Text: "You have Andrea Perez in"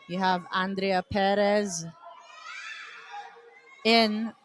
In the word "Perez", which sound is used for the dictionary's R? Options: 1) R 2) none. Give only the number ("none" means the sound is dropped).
1